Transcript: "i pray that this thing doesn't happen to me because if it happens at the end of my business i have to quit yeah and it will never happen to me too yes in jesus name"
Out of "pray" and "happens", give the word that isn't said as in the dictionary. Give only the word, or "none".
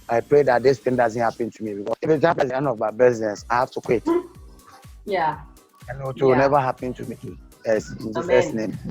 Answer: happens